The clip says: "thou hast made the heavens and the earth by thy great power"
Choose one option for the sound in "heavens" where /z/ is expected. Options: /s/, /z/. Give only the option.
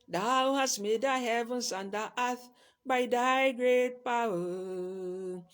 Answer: /s/